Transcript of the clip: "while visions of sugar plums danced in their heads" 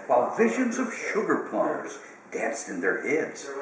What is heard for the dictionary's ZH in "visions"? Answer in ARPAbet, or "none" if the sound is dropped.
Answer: ZH